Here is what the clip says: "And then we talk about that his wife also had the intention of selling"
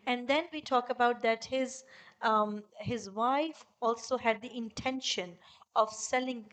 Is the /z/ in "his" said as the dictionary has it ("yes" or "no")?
yes